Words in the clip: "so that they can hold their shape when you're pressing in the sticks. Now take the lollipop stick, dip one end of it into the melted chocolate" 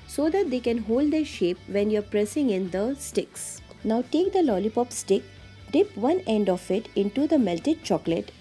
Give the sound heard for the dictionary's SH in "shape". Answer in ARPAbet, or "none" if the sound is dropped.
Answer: SH